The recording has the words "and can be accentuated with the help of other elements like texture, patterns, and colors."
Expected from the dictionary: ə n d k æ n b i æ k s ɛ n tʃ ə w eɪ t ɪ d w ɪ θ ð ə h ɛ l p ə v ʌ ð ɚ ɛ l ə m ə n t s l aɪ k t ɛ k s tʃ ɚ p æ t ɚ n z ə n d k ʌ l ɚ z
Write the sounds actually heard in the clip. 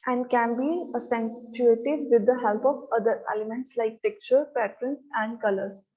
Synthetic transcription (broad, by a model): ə n d k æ n b i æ s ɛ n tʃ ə eɪ t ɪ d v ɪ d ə h ɛ l p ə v ʌ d ɚ ɛ l ə m ə n t s l aɪ k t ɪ k tʃ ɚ p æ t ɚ n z ə n d k ʌ l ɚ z